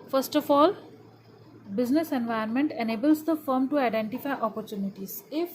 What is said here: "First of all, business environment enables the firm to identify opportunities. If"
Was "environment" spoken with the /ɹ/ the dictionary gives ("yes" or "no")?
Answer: no